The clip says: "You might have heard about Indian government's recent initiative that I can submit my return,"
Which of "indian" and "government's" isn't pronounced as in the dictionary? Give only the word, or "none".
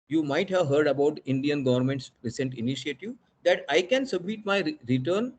none